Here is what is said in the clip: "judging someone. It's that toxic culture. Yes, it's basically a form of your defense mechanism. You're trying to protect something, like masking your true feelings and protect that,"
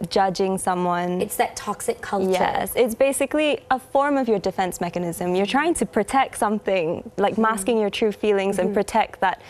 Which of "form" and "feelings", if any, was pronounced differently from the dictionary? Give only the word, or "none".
none